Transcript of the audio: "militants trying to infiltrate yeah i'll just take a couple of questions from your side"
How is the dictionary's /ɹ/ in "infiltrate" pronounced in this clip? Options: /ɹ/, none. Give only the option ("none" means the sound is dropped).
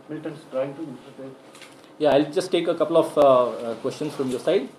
none